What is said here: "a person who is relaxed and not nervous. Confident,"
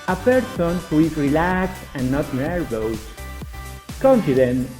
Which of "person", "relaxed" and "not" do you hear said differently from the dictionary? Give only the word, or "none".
relaxed